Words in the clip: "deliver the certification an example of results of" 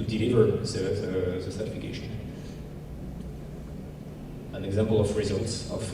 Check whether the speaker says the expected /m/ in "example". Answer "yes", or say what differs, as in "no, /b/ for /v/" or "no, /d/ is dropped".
yes